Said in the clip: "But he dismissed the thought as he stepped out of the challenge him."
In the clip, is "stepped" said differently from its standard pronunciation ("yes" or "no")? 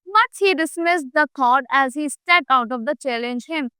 yes